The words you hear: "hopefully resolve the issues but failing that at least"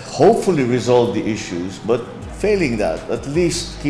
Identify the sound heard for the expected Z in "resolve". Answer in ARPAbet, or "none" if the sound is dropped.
Z